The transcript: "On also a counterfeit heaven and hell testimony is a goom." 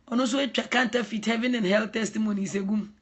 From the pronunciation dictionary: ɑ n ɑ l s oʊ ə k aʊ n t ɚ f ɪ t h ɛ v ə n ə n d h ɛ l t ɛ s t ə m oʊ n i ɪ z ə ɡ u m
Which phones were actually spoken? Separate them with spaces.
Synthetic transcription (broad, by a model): ɑ n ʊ n s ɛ ə k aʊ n t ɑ f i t h ɛ v ə n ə n h ɛ l t ɛ s t ə m oʊ n i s ə ɡ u m